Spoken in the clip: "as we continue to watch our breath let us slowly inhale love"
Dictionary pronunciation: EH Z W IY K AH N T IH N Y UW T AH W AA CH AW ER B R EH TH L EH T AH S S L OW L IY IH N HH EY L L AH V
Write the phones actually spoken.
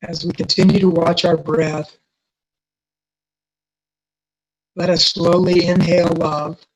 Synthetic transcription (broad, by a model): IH Z W IY K AH N T IH N Y UW T AH W AA CH AW ER B R EH TH L EH T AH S S L OW L IY IH N HH EY L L AH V